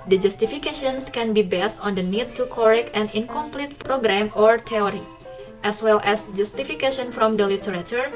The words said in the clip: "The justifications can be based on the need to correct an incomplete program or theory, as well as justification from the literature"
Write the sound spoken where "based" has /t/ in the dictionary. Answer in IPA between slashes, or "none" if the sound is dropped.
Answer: /t/